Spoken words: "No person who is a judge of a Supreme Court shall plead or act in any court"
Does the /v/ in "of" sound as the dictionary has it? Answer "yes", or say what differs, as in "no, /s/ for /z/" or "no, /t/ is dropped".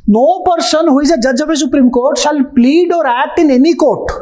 no, /p/ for /v/